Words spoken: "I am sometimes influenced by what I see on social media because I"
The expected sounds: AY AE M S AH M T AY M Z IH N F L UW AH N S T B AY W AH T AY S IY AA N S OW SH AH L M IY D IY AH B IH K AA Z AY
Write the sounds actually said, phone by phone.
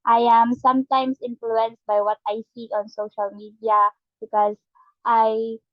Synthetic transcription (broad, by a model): AY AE M S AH M T AY M S IH N F L UW AH N S T B AY W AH T AY S IY AA N S OW SH AH L M IY D IY AH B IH K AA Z AY